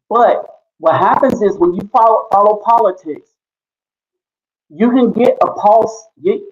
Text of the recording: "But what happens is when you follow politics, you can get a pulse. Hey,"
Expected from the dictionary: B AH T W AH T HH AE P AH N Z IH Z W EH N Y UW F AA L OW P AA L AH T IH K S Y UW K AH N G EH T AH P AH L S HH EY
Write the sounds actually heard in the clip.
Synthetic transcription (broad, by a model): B AH T W AH T HH AE P AH N Z IH Z W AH N Y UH F AA L OW P AA L AH T IH K S Y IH K AH N G EH T AH P AH L S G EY